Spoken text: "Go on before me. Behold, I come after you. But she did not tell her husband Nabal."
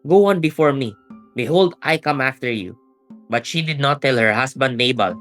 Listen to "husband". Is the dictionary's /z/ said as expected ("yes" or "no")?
no